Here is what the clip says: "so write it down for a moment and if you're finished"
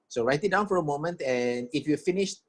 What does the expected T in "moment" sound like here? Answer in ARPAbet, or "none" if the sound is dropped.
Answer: T